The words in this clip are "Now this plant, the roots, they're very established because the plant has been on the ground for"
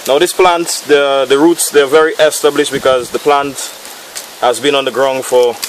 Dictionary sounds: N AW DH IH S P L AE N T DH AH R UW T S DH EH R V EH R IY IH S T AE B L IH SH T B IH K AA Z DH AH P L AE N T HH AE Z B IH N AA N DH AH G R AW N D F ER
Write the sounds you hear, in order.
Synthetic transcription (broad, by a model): N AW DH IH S P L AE N T DH AH R UW T S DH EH V EH R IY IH S T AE B L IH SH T B IH K AA Z DH AH P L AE N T HH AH Z B IH N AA N DH AH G R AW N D F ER